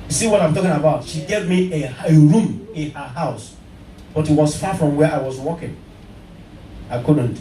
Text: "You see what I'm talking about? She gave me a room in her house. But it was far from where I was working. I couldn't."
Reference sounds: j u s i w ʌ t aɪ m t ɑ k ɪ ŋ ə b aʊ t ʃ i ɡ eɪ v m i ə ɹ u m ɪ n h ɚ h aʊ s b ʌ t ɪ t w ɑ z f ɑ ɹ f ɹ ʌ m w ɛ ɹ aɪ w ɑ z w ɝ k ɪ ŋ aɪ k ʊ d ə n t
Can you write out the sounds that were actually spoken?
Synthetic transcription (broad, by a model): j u s i w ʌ t aɪ m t ɑ k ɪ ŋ ə b aʊ t ʃ i ɡ eɪ v m i ə ɹ u m ɪ n h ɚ h aʊ s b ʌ t ɪ t w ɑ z f ɑ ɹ f ɹ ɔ m w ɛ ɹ aɪ w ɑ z w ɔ k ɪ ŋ aɪ k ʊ d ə n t